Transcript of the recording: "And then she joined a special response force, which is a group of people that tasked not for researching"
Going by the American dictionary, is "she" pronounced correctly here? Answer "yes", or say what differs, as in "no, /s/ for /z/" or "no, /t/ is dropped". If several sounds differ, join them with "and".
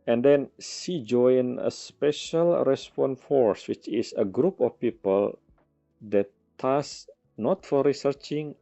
no, /s/ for /ʃ/